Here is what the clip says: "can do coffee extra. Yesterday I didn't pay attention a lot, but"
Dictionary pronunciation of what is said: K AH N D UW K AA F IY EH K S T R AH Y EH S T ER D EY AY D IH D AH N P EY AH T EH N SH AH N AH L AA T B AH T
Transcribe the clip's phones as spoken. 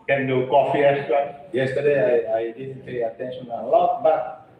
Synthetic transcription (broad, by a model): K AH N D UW K AA F IY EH S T AH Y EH S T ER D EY AY D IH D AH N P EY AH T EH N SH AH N AH L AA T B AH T